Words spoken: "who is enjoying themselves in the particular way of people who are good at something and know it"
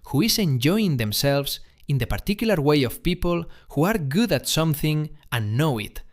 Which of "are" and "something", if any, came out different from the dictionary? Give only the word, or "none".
none